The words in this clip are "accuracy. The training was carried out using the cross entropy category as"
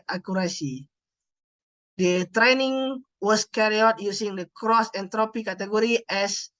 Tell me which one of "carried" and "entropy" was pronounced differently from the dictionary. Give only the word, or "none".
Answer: carried